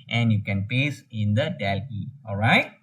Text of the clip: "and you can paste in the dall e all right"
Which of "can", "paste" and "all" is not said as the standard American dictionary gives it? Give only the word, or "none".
paste